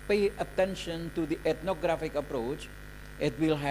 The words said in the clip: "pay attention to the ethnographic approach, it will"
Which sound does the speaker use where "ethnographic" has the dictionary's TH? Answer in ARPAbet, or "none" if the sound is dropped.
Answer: T